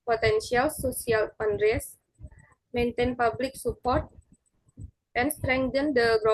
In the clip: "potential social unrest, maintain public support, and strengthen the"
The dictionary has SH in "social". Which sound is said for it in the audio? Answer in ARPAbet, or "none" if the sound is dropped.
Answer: S